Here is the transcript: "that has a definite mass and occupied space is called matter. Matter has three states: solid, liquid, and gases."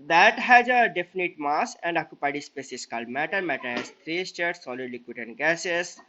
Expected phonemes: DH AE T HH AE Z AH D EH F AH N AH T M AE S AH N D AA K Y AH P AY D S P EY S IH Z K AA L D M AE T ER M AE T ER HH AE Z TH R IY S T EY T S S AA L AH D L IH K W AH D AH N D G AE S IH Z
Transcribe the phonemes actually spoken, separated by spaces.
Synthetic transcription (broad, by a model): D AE T HH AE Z AH D EH F AH N AH T M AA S AH N D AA K Y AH P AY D S P EY S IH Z K AA L D M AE T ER M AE T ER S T R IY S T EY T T S AA L AH D L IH K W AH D AH N D G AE S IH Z